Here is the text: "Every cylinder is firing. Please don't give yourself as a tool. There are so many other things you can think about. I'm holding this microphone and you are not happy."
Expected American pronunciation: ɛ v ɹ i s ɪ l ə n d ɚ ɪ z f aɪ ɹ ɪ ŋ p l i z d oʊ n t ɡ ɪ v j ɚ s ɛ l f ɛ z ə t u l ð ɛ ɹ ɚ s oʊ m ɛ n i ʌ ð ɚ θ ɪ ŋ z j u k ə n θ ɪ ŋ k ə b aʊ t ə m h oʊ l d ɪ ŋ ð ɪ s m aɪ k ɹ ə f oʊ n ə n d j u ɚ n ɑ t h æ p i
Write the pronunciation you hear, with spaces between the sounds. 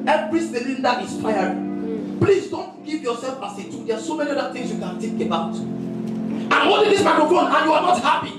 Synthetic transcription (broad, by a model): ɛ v ɹ i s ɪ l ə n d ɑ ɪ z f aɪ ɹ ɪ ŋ p l i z d oʊ n t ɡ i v j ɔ s ɛ l f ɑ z ə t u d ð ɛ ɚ s oʊ m ɛ n i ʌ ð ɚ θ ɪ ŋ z j u k ə n t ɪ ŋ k ə b aʊ t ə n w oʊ d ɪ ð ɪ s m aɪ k ə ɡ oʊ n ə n j u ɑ n ɑ t h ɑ p i